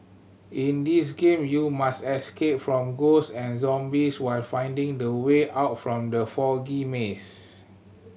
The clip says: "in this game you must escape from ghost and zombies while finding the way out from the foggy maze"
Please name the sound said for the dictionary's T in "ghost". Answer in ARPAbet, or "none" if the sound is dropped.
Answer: none